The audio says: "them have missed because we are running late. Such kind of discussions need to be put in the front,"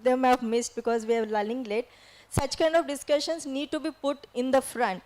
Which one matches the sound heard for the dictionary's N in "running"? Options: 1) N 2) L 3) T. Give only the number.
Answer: 2